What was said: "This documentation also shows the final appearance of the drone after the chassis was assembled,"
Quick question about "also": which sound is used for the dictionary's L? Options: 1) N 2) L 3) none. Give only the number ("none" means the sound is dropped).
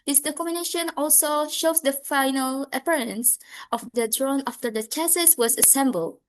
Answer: 2